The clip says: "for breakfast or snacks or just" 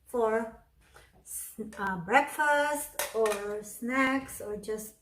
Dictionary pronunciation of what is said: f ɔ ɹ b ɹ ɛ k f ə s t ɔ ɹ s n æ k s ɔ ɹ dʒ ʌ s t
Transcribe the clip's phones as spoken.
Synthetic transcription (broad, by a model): f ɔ ɹ b ɹ ɛ k f ə s t ɔ ɹ s n æ k s ɔ ɹ dʒ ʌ s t